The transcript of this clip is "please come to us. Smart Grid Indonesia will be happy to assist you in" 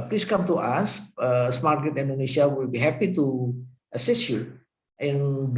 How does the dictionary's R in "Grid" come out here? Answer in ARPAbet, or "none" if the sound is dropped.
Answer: none